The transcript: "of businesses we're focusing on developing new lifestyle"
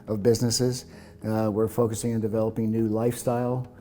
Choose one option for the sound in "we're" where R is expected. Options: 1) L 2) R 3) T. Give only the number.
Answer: 2